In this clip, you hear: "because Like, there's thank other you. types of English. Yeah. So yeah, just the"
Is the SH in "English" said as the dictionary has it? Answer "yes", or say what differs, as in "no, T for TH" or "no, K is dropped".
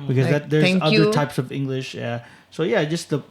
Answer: yes